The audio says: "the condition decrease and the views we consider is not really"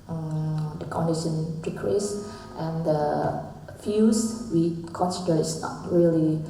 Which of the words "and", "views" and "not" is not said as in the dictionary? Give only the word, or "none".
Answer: views